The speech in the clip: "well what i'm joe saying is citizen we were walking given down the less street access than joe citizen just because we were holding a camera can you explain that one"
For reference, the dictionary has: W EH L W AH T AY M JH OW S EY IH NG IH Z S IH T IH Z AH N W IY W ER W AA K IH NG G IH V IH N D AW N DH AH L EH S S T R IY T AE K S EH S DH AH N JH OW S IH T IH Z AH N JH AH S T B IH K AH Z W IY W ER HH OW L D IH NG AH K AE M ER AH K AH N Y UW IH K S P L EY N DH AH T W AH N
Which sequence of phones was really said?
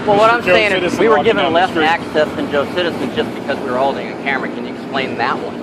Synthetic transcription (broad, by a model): W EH L W AH T AY M S EY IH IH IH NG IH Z W IY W W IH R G IH V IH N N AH L EH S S AE K S EH S DH AH N JH OW S IH T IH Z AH N JH AH S B IH K AH Z W IY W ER HH OW L D IH NG AH K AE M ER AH K AH N Y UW IH K S P L EY N DH AH T W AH N